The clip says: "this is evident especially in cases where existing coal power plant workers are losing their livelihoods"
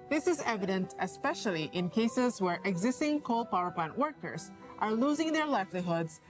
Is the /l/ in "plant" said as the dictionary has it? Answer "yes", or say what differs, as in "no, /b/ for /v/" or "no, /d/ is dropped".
yes